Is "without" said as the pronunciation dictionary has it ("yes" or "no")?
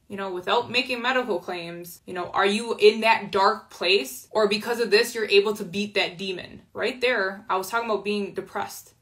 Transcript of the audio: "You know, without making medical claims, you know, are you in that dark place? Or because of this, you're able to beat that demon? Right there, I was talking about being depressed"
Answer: yes